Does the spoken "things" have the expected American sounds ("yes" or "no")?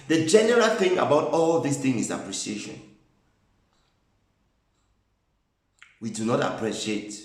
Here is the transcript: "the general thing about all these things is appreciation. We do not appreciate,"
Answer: no